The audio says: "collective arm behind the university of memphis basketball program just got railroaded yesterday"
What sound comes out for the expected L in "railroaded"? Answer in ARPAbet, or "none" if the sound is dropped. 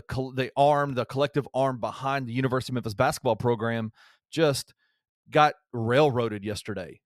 L